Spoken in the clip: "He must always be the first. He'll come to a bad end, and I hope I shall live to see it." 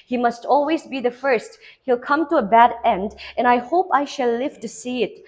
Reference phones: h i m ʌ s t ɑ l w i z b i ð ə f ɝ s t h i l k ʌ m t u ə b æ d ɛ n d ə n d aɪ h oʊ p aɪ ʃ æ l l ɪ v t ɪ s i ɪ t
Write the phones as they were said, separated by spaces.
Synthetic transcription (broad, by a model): h i m ʌ s t ɑ l w i z b i ð ə f ɝ s t h i l k ʌ m t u ə b æ d ɛ n d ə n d aɪ h oʊ p aɪ ʃ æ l l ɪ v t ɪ s i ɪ t